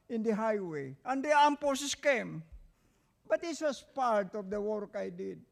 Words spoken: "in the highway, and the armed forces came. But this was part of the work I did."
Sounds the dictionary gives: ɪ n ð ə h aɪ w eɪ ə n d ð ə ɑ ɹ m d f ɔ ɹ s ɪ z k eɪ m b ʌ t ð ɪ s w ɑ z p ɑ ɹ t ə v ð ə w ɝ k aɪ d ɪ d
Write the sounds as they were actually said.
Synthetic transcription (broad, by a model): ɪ n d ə h aɪ w eɪ ə n d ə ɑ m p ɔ s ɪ s k eɪ m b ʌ t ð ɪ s w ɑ s p ɑ ɹ t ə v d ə w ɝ k aɪ d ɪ d